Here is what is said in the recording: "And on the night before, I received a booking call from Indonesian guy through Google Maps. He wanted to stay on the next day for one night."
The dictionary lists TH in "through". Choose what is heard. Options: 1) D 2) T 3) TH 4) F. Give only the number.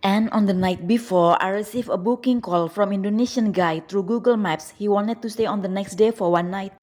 2